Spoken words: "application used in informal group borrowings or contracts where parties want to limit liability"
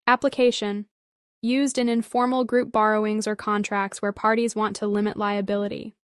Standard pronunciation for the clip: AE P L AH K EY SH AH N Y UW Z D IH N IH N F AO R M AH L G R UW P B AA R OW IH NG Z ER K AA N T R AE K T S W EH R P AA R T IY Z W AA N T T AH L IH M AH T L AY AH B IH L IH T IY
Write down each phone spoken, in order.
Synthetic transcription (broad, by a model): AE P L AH K EY SH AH N Y UW Z D IH N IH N F AO R M L G R UW P B AA R OW IH NG Z ER K AA N T R AE K T S W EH R P AA R T IY Z W AA N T T AH L IH M AH T L AY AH B IH L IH T IY